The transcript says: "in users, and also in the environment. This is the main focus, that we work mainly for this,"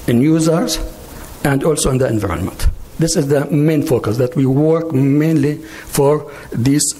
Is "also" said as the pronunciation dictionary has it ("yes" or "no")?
yes